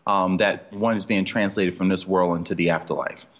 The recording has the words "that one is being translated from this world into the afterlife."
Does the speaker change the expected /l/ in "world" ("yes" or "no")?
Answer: no